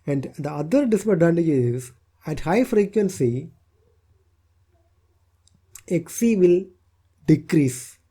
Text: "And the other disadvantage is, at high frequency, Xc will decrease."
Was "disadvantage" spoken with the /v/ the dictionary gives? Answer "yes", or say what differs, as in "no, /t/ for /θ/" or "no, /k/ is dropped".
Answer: no, /v/ is dropped